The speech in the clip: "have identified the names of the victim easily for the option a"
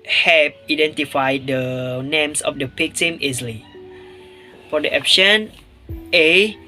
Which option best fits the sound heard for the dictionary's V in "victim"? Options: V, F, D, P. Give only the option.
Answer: P